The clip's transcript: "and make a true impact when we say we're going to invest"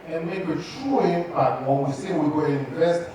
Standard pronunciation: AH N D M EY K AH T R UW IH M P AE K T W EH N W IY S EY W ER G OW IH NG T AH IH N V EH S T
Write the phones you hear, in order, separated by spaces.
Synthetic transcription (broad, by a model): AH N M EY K AH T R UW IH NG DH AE T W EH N W IY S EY W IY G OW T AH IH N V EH S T